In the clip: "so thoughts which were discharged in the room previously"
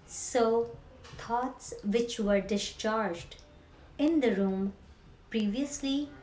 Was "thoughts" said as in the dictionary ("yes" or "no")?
no